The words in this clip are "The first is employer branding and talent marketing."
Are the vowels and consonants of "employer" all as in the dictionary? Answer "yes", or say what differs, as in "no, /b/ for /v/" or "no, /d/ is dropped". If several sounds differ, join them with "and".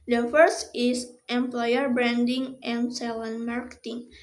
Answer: yes